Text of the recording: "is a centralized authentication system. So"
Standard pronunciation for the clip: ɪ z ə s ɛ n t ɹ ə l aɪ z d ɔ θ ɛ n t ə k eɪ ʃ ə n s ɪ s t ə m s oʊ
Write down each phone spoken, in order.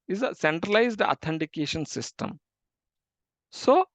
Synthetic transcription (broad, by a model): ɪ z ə s ɛ n t ɹ ə l aɪ z d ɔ t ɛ n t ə k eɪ ʃ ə n s ɪ s t ə m s oʊ